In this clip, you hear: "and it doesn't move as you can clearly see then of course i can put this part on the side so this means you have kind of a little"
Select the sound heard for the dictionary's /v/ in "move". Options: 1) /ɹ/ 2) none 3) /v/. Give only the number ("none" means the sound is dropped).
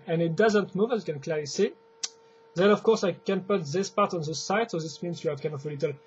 3